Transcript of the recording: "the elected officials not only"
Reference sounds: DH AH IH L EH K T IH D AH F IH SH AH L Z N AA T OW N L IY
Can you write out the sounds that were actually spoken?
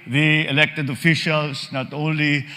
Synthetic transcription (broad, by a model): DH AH IH L EH K T IH D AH F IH SH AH L S N AA T OW N L IY